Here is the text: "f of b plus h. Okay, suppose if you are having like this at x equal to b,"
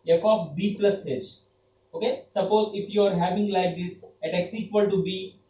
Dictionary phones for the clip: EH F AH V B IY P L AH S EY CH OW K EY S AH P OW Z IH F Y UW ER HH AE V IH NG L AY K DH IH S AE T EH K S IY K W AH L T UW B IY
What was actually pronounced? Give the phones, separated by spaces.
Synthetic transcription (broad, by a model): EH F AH F B IY P L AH S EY S OW K EY S AH P OW Z IH F Y UW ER HH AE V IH NG L AY K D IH S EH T EH K S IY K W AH L T UW B IY